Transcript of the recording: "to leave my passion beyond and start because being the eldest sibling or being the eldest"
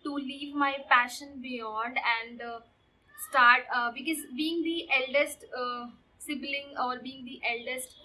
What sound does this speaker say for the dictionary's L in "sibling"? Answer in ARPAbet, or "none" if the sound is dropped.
L